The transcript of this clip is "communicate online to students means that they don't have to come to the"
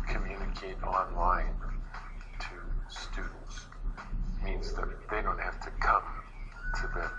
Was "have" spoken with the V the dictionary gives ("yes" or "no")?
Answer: no